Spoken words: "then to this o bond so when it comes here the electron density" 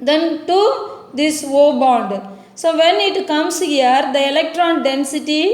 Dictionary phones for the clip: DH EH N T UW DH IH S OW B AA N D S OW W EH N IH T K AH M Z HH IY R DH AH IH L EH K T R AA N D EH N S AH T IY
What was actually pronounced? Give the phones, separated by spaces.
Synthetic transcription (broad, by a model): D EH N T UW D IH S OW B AA N D S OW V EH N IH T K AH M S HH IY R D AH IH L EH K T R AA N D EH N S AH T IY